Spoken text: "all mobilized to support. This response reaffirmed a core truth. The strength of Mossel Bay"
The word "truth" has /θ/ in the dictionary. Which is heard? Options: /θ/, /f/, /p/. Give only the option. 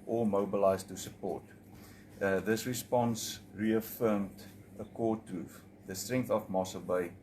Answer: /f/